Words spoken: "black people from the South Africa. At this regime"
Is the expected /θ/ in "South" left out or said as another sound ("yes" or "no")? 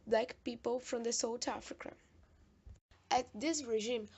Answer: yes